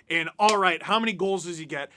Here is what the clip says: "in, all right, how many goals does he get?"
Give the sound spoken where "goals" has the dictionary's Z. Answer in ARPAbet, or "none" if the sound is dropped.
Z